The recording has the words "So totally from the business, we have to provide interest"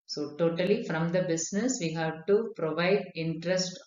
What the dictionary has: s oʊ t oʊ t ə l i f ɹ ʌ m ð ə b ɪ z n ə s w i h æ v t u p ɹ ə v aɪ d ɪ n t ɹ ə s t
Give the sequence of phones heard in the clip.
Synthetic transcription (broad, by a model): s oʊ t oʊ t ə l i f ɹ ʌ m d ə b ɪ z n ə s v i h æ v t u p ɹ ə v aɪ d ɪ n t ɹ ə s t